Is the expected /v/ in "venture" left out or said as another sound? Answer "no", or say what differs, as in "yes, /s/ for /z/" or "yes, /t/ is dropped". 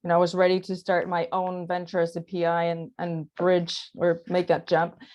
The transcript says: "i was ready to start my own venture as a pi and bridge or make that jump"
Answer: no